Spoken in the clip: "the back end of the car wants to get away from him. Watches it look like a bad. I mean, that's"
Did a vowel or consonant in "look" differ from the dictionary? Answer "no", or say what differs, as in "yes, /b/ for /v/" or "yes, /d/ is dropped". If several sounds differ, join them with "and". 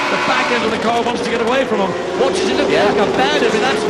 yes, /n/ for /l/